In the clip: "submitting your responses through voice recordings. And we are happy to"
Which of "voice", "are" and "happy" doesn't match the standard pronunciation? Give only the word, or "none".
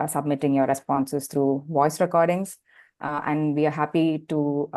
none